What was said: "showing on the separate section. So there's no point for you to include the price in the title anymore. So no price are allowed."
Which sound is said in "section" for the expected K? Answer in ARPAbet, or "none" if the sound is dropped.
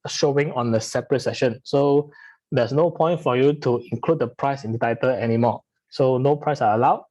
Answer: none